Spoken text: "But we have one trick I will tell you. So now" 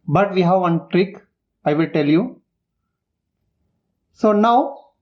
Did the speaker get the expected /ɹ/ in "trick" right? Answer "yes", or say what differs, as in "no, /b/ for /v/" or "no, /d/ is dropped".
yes